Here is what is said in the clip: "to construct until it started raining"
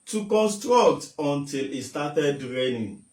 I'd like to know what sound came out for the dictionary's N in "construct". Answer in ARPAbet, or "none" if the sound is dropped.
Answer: N